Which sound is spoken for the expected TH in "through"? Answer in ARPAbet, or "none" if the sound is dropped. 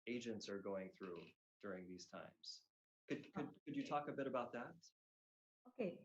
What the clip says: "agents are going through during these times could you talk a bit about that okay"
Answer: TH